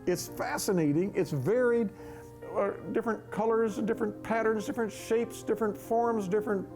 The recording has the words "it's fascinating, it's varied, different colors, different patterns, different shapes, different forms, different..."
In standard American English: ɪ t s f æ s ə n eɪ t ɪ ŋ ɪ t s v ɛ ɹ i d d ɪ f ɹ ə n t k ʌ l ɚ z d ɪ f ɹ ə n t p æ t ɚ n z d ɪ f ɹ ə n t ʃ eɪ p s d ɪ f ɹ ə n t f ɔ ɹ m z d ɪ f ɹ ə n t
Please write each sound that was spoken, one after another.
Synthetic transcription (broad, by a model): ɪ t s f æ s ə n eɪ t ɪ ŋ ɪ t s v ɛ ɹ i d d ɪ f ɹ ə n k ʌ l ɚ z d ɪ f ɹ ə n p æ t ɚ n z d ɪ f ɹ ə n t ʃ eɪ p s d ɪ f ɹ ə n t f ɔ ɹ m z d ɪ f ɹ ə n t